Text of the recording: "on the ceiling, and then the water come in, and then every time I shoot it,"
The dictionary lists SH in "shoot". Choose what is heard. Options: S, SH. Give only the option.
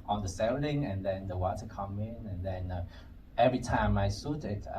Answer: S